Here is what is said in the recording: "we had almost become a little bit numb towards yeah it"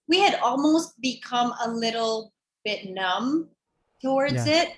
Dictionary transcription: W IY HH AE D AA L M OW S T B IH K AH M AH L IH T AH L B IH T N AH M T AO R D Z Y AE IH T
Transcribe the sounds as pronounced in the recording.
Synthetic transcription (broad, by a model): W IY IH D AA L M OW S T B IH K AH M AH L IH T L B IH T N AH M T AO R D Z IH T